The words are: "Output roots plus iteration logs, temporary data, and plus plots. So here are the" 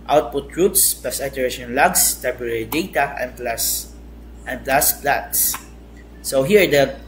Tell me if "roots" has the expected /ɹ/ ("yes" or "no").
yes